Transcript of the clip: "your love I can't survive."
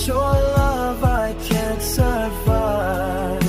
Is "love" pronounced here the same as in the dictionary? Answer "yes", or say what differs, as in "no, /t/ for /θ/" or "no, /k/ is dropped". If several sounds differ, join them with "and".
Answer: yes